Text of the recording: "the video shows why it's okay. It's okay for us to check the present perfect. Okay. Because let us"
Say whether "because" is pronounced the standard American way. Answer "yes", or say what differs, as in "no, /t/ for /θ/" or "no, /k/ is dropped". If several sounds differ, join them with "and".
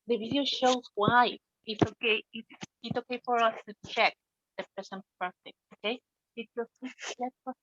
no, /s/ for /z/